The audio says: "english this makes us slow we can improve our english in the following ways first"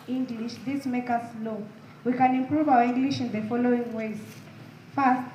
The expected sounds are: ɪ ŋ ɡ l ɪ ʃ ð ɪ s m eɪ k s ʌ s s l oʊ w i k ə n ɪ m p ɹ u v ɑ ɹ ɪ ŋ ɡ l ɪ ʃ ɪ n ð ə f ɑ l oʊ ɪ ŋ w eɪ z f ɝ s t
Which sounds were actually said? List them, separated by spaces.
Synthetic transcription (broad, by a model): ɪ ŋ ɡ l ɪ ʃ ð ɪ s m eɪ k ʌ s s l oʊ w i k ə n ɪ m p ɹ u v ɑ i ŋ ɡ l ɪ ʃ ɪ n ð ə f ɑ l oʊ ɪ ŋ w eɪ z f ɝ s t